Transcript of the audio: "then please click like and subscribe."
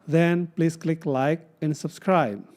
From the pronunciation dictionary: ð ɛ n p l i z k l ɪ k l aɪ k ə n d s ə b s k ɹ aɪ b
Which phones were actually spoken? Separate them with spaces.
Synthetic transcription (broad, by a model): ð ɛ n p l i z k l ɪ k l aɪ k ə n d s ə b s k ɹ aɪ b